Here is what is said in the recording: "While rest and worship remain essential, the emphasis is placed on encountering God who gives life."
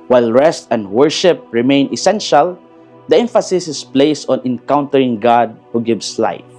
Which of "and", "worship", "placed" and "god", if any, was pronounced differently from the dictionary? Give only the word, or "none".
placed